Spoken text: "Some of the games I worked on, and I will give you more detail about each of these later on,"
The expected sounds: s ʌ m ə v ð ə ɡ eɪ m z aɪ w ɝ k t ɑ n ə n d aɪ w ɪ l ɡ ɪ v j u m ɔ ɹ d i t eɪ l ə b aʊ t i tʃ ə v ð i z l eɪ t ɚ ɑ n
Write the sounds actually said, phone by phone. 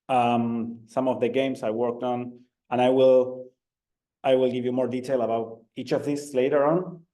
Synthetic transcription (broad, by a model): s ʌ m ə v ð ə ɡ eɪ m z aɪ w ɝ k t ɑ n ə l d aɪ w ɪ l ɡ ɪ v j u m ɔ ɹ d i t eɪ l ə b aʊ t i tʃ ə v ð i s l eɪ t ɚ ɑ n